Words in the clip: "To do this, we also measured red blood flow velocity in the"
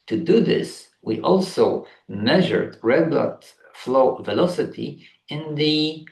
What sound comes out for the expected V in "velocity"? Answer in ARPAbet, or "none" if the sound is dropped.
V